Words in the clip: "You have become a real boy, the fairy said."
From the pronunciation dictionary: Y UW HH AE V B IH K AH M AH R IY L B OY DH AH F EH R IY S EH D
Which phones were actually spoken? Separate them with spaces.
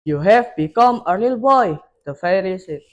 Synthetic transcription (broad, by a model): Y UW HH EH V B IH K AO M AH L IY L B OY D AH F EH R IY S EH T